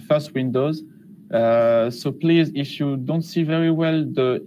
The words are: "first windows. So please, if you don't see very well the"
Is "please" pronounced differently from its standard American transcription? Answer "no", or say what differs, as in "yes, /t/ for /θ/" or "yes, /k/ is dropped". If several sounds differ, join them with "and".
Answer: no